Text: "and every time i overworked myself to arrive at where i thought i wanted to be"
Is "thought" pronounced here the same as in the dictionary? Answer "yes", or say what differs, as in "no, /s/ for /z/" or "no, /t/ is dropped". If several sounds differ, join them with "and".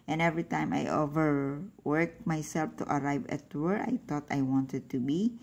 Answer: no, /t/ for /θ/